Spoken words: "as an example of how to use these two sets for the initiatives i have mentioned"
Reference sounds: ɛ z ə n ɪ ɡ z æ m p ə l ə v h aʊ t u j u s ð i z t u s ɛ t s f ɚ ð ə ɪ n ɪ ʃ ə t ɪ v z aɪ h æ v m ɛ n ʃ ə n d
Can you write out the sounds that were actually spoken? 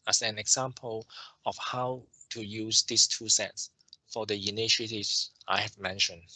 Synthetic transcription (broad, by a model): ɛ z ə n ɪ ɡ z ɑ m p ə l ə f h aʊ t u j u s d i s t u s ɛ t s f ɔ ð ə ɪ n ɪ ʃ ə t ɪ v s aɪ h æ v m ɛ n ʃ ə n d